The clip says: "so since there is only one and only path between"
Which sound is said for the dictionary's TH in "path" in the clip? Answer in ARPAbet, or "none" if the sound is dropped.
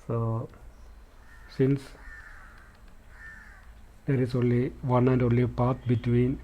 T